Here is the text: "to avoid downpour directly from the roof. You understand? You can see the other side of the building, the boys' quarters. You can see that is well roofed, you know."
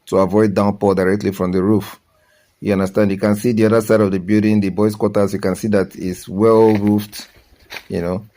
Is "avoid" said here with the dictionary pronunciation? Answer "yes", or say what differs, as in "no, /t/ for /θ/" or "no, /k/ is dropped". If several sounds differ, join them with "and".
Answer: yes